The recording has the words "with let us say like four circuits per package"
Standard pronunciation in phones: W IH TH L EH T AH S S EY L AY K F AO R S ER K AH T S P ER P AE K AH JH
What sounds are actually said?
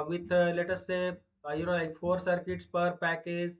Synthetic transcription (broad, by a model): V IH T L EH T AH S S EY L AY K F AO R S ER K AH T S P ER P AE K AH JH